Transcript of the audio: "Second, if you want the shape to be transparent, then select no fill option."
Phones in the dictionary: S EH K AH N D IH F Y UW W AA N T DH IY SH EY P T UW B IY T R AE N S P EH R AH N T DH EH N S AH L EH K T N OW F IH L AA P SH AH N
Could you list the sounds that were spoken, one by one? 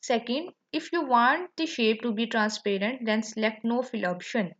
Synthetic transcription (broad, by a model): S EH K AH N D IH F Y UW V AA N T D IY SH EY P T UW B IY T R AE N S P EH R AH N T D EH N S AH L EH K T N OW F IH L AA P SH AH N